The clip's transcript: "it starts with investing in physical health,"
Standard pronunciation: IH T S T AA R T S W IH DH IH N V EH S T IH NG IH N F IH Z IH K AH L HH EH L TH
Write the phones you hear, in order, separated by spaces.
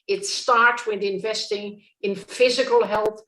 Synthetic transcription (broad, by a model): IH T S T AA R T W IH DH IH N V EH S T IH NG IH N F IH Z IH K AH L HH EH L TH